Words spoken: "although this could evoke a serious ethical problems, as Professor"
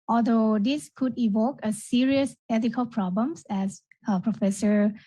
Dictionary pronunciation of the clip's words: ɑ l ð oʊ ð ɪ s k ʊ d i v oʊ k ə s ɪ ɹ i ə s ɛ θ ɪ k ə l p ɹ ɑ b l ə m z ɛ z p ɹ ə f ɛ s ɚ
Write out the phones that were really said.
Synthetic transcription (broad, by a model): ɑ l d oʊ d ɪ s k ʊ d i v oʊ k ə s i ɹ i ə s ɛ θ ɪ k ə l p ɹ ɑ b l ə m s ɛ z p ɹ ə f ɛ s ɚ